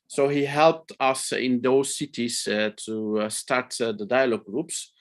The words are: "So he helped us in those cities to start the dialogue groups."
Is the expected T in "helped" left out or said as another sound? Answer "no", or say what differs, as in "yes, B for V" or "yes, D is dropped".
no